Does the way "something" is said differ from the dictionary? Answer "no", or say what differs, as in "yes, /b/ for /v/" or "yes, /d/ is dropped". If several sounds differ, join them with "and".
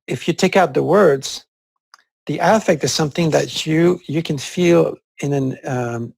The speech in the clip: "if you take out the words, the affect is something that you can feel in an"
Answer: no